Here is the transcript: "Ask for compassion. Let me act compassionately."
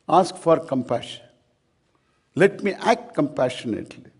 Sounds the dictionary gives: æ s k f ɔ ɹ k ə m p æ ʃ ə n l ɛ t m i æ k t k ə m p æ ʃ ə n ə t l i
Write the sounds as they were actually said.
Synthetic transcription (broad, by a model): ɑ s k f ɔ ɹ k ə m p æ ʃ ə n l ɛ t m i æ k t k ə m p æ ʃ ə n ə t l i